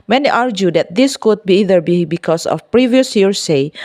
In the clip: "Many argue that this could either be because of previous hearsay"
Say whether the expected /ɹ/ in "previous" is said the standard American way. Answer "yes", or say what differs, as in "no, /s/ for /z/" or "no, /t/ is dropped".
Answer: yes